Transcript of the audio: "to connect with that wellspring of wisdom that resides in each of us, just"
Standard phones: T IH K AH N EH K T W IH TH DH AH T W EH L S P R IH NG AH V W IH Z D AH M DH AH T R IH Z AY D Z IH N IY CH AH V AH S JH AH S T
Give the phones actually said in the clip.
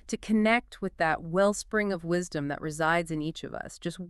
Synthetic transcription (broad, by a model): T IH K AH N EH K T W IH DH AH T W EH L S P R IH NG AH V W IH Z D AH M DH AH T R IH Z AY D Z IH N IY CH AH V AH S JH AH S T